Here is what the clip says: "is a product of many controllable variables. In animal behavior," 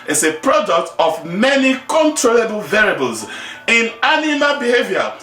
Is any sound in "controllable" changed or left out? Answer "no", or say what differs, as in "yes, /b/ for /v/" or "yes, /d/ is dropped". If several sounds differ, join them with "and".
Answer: no